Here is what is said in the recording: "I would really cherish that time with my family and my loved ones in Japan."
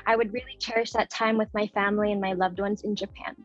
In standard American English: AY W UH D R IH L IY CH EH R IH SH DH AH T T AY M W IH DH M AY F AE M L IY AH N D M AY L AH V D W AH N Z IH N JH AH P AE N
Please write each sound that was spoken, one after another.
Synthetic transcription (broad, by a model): AY W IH D R IH L IY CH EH R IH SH DH AH T T AY M W IH DH M AY F AE M L IY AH N M AY L AH V D W AH N Z IH N JH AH P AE N